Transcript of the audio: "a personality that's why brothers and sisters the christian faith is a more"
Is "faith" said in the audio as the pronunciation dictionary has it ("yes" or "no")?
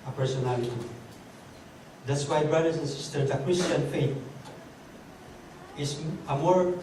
no